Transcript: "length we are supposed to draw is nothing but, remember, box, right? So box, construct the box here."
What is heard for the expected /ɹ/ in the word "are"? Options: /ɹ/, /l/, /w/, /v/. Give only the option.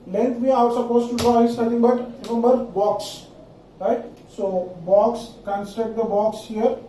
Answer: /w/